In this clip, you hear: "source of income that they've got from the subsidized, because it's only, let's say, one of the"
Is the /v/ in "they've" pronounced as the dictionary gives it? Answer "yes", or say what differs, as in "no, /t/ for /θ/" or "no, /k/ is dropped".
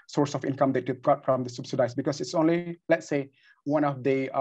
no, /b/ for /v/